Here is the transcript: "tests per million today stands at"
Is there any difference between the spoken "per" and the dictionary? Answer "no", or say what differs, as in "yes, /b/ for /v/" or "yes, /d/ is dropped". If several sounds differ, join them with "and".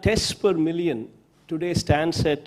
no